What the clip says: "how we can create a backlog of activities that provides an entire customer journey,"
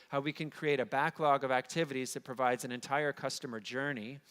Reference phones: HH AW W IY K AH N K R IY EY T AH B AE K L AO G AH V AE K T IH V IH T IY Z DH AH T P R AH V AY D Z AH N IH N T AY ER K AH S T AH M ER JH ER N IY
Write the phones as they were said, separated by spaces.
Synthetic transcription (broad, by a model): HH AW W IY K AH N K R IY EY T AH B AE K L AO G AH V AE K T IH V IH T IY Z DH AH T P R AH V AY D Z AH N IH N T AY ER K AH S T AH M ER JH ER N IY